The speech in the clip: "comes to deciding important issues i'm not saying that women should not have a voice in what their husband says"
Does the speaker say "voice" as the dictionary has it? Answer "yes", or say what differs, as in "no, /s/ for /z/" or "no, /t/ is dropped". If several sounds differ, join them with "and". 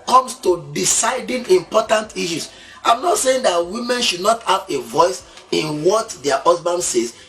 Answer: yes